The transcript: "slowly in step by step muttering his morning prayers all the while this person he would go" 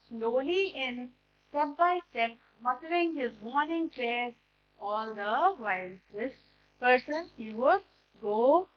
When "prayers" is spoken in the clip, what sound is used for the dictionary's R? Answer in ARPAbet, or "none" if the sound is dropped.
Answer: L